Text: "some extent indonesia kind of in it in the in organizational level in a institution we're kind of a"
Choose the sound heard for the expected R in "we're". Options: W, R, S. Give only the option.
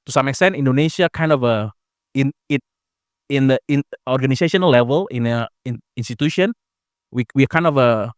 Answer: W